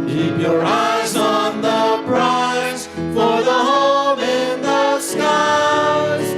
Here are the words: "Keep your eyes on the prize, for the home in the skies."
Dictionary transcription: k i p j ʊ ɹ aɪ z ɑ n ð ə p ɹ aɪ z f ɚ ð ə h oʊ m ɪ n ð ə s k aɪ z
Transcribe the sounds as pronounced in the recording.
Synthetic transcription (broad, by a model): k i p j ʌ ɹ aɪ z n ð ə b ɹ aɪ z f ɚ ð ə h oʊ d ɪ n ð ə s k aɪ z